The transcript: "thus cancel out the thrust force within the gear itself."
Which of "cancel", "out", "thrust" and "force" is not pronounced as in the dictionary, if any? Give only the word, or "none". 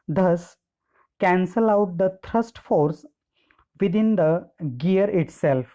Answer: thrust